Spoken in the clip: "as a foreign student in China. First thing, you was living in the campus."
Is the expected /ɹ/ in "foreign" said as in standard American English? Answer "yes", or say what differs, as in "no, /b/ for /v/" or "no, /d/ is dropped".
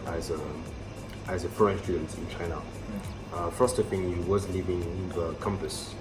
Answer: no, /ɹ/ is dropped